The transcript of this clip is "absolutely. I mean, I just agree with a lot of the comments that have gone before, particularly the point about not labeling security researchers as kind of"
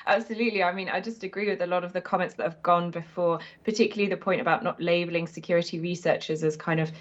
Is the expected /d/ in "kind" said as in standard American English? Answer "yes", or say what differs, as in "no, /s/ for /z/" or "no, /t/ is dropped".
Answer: yes